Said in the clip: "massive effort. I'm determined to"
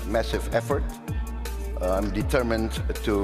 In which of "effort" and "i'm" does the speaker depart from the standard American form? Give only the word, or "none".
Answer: none